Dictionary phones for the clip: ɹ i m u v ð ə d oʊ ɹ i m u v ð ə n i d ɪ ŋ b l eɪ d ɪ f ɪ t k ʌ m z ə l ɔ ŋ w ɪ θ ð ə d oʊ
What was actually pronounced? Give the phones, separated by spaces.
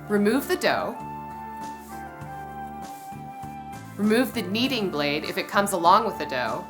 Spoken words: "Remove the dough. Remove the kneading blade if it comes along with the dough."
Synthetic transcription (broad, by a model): ɹ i m u v ð ə d oʊ ɹ i m u v ð ə n i d ɪ ŋ b l eɪ d ɪ f ɪ t k ʌ m z ə l ɔ ŋ w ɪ ð ə d oʊ